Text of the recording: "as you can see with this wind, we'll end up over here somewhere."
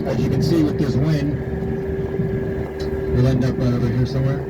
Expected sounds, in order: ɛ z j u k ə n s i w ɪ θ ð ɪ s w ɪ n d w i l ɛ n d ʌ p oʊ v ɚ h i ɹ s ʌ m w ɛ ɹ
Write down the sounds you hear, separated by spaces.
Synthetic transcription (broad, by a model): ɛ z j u k ə n s i w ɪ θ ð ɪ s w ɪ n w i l ɛ n d ʌ p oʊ ɚ h i ɹ s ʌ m w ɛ ɹ